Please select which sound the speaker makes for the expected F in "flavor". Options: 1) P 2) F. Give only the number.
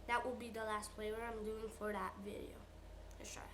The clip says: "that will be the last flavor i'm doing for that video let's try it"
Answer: 1